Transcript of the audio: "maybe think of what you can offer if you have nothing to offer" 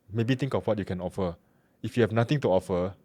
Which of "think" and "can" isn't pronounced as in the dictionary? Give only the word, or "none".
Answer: think